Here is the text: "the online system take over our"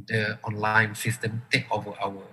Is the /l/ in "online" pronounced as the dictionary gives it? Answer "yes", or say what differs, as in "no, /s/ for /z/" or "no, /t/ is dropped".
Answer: yes